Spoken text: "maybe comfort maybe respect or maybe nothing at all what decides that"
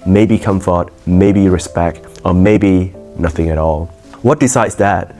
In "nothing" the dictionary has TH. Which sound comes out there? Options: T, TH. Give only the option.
TH